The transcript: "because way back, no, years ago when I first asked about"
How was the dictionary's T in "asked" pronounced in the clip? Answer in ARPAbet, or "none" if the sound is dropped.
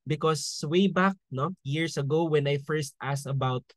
none